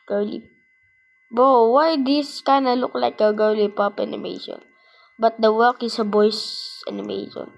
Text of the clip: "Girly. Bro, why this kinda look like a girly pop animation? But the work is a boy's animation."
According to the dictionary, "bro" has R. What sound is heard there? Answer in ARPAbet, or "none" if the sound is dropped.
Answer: none